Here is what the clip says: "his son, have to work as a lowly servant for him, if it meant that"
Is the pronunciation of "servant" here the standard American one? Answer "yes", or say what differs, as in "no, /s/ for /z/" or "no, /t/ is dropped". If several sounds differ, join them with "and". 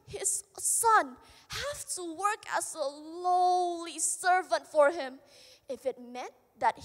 yes